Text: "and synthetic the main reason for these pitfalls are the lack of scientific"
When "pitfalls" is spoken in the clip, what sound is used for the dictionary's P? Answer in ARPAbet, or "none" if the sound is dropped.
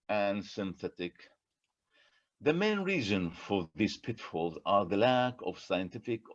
P